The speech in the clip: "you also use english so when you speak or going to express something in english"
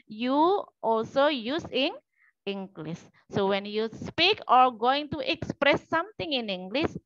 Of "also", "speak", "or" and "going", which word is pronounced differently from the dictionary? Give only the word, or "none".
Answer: none